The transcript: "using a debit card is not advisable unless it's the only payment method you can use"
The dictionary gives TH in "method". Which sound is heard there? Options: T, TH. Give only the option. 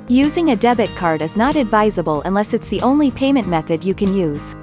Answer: TH